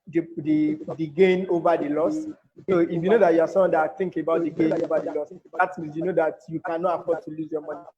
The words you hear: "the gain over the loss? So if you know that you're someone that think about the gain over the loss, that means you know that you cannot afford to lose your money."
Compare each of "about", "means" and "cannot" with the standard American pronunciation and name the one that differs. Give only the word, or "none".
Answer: means